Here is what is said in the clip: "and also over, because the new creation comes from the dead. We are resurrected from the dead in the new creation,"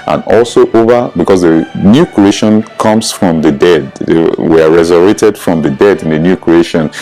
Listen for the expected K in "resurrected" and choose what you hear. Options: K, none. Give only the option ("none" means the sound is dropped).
none